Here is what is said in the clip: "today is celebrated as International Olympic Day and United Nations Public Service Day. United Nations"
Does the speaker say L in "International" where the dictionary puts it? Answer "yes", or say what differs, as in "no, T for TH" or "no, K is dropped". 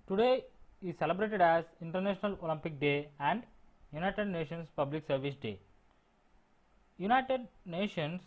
yes